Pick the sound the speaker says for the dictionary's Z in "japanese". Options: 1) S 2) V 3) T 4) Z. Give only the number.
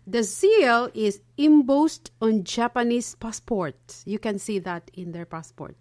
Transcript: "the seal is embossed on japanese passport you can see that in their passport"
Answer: 1